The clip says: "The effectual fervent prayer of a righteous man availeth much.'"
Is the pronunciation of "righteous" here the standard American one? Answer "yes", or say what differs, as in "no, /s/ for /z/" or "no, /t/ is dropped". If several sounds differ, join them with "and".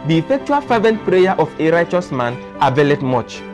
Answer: yes